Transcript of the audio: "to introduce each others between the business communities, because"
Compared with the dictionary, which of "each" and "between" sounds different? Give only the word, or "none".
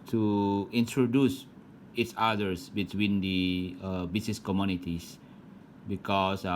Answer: each